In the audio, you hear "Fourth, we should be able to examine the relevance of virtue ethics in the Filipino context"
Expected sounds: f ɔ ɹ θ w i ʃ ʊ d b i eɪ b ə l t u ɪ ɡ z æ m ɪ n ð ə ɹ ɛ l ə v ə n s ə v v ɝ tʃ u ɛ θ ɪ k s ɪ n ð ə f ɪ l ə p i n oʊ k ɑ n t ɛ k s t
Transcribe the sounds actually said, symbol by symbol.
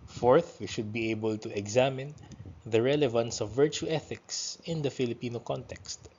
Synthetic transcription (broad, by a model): f ɔ ɹ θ w i ʃ ʊ d b i eɪ b ə l t u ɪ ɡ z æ m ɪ n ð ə ɹ ɛ l ə v ə n s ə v v ɝ tʃ u ɛ θ ɪ k s ɪ n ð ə f ɪ l ə p i n oʊ k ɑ n t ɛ k s t